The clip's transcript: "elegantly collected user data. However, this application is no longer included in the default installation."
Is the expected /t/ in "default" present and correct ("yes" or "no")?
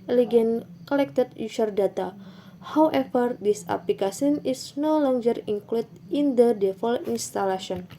no